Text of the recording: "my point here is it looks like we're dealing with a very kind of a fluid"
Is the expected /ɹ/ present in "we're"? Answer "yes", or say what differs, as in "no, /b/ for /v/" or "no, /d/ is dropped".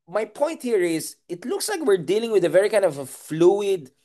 yes